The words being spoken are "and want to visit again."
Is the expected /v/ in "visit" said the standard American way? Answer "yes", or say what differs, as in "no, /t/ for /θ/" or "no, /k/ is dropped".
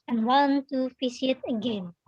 no, /f/ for /v/